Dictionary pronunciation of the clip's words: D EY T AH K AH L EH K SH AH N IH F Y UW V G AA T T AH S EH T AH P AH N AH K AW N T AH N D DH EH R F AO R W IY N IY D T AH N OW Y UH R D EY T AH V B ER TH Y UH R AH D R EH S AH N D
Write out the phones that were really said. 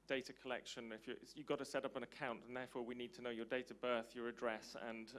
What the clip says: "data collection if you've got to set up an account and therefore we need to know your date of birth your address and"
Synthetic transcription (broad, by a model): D EY T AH K AH L EH K SH AH N IH F Y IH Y G AA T T AH S EH T AH P AH N AH K AW N T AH N DH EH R F AO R W IY N IY D T AH N OW Y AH R D EY T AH B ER TH Y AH R AH D R EH S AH N